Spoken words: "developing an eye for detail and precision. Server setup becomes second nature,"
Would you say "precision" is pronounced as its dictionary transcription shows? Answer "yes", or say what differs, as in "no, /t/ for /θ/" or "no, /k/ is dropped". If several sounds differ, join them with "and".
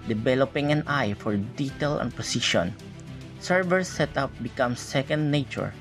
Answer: no, /ɹ/ is dropped and /ʃ/ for /ʒ/